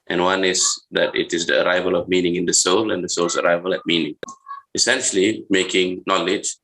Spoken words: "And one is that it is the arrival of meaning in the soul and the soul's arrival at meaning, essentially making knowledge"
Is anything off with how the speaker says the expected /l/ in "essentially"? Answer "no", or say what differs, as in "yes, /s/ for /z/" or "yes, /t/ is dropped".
no